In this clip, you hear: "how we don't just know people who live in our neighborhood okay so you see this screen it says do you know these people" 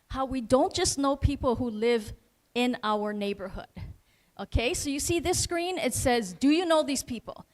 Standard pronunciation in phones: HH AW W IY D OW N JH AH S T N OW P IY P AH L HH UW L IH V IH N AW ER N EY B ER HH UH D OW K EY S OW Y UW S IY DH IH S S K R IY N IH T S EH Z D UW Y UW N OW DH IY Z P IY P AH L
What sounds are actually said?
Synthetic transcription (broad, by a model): HH AW W IY D OW N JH AH S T N OW P IY P L HH UW L IH V IH N AW ER N EY B ER HH UH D OW K EY S OW Y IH S IY DH IH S S K R IY N IH T S EH Z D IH Y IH N OW DH IY Z P IY P L